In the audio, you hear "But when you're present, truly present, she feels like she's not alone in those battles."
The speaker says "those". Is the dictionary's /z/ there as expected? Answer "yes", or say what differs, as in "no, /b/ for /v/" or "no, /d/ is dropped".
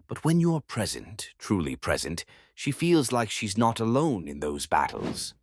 yes